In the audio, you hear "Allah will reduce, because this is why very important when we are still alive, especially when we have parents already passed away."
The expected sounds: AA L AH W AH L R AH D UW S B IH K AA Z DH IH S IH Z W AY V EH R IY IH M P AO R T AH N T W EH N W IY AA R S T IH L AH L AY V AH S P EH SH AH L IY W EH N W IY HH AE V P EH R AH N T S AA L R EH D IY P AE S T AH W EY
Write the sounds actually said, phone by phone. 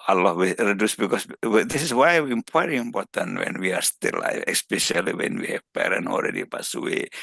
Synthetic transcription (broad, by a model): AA L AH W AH R AH D UW S B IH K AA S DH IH S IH S W AY P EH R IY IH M P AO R T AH N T W EH N W IY AA R S T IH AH L AY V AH S P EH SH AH L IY W EH N W IY HH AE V P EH R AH N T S AA L R EH D IY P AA S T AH W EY